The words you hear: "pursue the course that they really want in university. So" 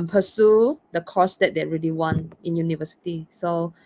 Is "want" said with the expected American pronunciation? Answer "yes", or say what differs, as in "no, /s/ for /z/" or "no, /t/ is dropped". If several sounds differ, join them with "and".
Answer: no, /t/ is dropped